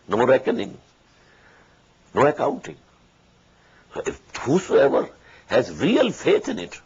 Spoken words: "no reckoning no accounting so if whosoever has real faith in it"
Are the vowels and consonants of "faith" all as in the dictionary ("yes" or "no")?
no